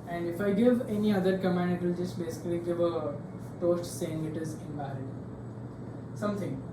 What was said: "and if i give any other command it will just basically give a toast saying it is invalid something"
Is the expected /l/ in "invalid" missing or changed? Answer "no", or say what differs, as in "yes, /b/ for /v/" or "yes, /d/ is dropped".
yes, /l/ is dropped